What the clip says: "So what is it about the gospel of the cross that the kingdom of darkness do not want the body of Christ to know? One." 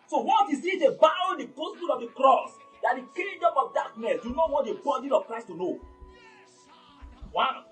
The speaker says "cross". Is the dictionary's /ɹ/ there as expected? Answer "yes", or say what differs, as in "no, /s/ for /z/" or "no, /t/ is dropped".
yes